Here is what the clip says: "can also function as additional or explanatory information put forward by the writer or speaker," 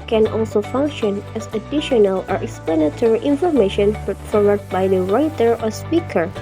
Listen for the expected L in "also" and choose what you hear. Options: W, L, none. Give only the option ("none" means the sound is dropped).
L